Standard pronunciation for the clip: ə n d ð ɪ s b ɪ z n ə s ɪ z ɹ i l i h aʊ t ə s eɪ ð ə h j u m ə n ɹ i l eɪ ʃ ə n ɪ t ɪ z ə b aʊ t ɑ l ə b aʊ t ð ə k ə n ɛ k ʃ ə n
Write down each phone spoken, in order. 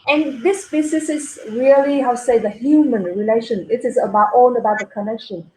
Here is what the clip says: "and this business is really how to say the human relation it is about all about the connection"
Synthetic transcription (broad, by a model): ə n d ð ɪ s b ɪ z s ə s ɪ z ɹ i i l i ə s eɪ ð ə h j u m ə n ɹ i l eɪ ʃ ə n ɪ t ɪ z ə b aʊ t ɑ n ə b aʊ t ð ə k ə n ɛ k ʃ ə n